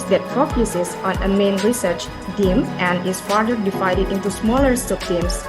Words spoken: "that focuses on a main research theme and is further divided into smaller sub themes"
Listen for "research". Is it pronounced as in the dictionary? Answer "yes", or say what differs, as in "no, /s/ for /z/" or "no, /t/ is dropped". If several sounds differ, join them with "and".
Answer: yes